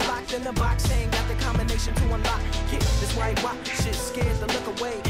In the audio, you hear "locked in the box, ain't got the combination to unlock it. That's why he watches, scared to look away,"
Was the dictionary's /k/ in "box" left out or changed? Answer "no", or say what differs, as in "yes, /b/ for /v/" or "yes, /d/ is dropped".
no